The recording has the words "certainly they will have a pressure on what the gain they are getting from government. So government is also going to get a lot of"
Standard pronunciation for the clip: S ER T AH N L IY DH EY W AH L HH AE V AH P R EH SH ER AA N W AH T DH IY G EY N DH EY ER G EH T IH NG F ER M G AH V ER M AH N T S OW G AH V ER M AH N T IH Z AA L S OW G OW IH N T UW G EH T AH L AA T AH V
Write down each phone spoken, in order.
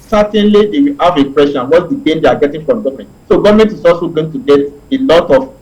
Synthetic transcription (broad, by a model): S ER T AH N L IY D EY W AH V AH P R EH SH AA N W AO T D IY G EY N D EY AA G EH T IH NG F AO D G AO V M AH N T S OW G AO V M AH N T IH S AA S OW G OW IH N T UW G EH T AH L AA T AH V